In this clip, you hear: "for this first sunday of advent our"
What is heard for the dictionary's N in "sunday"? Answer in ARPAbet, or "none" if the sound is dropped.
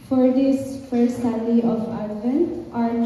none